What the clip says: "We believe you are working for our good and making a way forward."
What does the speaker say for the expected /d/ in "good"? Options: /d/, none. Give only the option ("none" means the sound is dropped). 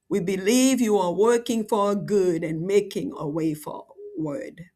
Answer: /d/